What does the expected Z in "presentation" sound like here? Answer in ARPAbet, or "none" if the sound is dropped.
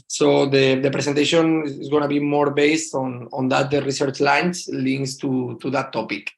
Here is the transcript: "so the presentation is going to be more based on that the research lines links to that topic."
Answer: S